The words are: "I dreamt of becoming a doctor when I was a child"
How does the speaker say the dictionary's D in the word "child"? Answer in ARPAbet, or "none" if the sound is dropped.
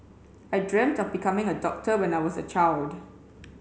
D